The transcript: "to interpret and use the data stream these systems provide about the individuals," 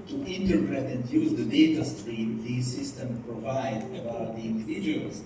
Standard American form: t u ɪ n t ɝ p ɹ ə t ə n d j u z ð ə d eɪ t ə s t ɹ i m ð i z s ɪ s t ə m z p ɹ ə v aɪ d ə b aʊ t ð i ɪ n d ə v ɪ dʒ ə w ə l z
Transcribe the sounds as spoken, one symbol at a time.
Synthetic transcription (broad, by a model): t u ɪ n t ɝ p ɹ ə t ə n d j u z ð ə d eɪ t ə s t ɹ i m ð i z s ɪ s t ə m p ɹ ə v aɪ d ə b aʊ t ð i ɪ n d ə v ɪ dʒ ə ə l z